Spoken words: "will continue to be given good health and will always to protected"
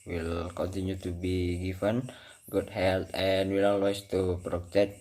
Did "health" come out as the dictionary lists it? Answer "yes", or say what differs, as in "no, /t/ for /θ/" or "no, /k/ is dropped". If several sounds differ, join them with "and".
no, /t/ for /θ/